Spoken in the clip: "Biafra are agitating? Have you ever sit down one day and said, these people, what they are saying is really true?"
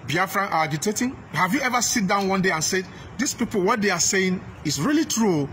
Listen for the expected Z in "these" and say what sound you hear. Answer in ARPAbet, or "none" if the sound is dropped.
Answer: S